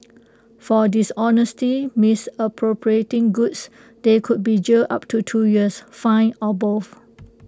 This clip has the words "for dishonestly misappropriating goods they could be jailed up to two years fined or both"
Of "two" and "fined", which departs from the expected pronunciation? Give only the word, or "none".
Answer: fined